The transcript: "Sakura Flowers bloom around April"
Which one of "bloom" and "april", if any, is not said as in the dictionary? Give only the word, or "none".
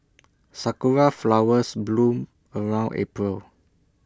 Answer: none